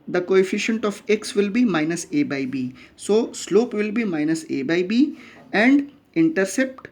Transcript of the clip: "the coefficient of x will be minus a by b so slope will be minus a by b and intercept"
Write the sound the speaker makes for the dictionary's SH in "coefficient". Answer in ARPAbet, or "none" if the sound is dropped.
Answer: SH